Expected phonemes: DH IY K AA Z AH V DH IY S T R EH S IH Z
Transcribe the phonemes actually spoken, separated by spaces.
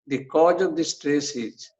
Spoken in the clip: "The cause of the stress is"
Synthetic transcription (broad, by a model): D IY K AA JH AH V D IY S T R EH S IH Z